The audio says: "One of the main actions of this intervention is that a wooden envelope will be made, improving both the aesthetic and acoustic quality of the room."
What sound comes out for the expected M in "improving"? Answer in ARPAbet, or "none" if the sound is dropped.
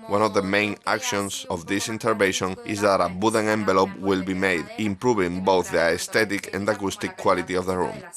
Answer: M